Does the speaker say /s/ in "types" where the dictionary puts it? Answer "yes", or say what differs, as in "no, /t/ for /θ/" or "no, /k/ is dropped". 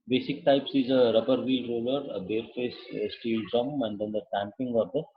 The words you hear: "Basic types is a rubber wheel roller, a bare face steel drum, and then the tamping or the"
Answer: yes